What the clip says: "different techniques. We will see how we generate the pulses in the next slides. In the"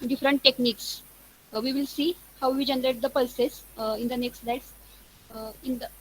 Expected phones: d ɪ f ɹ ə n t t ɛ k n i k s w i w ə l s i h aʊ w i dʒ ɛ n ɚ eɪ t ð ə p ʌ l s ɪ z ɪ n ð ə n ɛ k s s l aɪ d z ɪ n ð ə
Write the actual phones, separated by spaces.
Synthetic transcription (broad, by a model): d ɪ f ɹ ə n t t ɛ k n i k s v i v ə l s i h aʊ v i dʒ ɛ n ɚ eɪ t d ə p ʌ s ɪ s ɪ n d ə n ɛ k s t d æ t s ɪ n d ə